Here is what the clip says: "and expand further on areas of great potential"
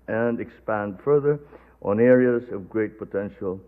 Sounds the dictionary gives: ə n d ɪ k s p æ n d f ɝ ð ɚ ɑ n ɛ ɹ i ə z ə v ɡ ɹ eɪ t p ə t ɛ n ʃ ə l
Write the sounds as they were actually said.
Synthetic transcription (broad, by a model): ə n d ɪ k s p æ n d f ɝ ð ɚ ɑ n ɛ ɹ i ə z ə v ɡ ɹ eɪ t p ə t ɛ n ʃ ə l